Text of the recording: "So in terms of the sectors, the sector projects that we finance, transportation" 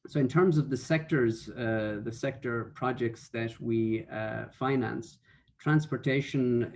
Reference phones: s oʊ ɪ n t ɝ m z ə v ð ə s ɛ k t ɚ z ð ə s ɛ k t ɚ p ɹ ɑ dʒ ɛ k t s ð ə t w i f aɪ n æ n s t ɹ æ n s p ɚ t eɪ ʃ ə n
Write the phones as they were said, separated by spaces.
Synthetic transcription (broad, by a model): s oʊ ɪ n t ɝ m z ə v ð ə s ɛ k t ɚ z ð ə s ɛ k t ɚ p ɹ ɑ dʒ ɛ k t s ð ə t w i f aɪ n æ n s t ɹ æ n s p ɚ t eɪ ʃ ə n